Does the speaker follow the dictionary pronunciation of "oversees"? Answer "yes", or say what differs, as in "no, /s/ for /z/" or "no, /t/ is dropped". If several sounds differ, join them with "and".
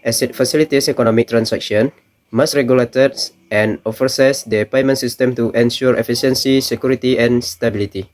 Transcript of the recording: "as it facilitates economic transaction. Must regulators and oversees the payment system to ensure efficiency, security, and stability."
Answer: no, /f/ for /v/